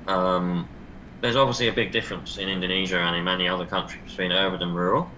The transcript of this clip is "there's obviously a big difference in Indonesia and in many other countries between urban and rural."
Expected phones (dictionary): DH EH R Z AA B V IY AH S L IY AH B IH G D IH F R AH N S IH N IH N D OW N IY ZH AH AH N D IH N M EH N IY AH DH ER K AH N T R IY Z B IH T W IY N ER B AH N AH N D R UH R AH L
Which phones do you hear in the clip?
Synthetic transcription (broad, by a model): DH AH Z AA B V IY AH S L IY AH B IH G D IH F R AH N S IH N IH N D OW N IY ZH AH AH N IH N M EH N IY AH DH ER K AH N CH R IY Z B IH T W IY N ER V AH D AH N R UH R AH L